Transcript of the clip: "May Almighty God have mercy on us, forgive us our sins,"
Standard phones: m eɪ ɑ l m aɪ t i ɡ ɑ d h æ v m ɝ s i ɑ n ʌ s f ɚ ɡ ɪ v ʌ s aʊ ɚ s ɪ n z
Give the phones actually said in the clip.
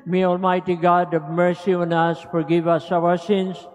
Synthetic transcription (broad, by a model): m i ɑ l m aɪ t i ɡ ɑ d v m ɝ s i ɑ n ʌ s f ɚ ɡ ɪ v ʌ s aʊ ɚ s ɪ n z